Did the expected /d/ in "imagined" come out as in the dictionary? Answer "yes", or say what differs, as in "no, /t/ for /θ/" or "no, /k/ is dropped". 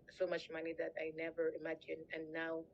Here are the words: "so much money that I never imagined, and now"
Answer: no, /d/ is dropped